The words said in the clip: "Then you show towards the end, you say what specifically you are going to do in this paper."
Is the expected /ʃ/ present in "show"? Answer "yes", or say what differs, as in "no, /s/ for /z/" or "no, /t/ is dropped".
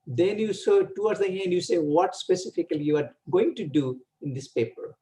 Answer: no, /s/ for /ʃ/